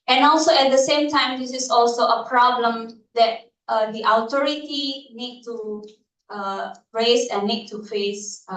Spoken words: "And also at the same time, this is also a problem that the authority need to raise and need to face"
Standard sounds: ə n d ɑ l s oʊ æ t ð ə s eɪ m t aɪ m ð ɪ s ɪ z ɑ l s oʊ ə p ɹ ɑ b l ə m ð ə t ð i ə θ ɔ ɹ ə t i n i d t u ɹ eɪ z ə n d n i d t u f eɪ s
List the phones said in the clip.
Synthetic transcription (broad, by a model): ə n ɑ l s oʊ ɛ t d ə s eɪ m t aɪ m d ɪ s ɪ s ɑ l s oʊ ə p ɹ ɑ b l ə m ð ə t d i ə t ɔ ɹ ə t i n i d t u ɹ eɪ s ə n n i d t u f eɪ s